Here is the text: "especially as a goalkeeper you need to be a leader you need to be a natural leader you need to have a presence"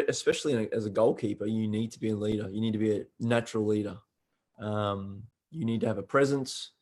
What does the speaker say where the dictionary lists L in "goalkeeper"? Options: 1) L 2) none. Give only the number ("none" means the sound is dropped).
1